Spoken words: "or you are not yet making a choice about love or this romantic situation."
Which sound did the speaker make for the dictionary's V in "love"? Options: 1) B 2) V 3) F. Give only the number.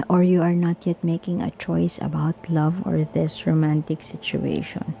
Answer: 2